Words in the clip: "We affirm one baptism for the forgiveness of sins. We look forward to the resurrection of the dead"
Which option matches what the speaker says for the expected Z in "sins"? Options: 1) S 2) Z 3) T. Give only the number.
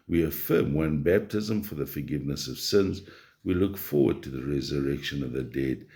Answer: 2